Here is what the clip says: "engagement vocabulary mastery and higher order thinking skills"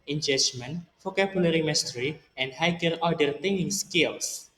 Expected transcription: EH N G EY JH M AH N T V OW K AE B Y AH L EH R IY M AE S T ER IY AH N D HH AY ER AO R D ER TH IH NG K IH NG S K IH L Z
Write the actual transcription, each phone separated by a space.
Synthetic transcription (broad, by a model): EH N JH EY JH M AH N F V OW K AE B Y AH L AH R IY M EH S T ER IY AH N D HH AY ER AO D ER T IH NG IH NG S K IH L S